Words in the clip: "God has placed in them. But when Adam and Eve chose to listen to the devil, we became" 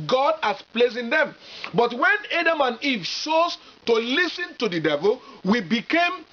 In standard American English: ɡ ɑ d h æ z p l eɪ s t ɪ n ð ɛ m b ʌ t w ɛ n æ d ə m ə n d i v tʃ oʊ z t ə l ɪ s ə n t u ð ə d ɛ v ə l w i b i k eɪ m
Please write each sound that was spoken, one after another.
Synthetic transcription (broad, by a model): ɡ ɑ d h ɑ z p l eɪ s ɪ n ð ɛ m b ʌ t w ɛ n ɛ d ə m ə n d i v ʃ oʊ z t ə l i s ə n t u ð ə d ɛ v ə l w i b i k eɪ m